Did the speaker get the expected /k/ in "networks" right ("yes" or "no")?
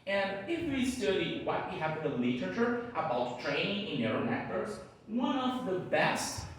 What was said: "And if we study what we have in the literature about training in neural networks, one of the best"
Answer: no